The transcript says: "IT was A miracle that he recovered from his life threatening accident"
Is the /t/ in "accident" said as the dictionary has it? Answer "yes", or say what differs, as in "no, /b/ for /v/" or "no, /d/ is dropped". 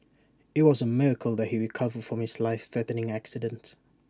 yes